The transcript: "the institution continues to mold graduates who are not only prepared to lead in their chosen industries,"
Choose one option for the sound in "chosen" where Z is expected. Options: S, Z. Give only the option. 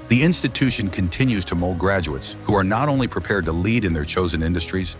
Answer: Z